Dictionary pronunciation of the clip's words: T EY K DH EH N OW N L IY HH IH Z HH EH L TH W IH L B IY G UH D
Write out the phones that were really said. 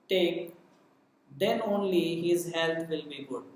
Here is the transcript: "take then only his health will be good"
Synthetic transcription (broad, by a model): T EY K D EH N OW N L IY HH IH Z HH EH L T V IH L B IY G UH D